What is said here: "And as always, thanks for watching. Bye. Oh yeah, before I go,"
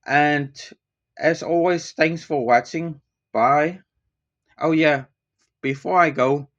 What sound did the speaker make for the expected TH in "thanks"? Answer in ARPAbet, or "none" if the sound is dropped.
TH